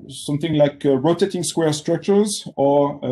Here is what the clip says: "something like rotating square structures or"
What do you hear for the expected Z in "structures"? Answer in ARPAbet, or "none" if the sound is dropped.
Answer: Z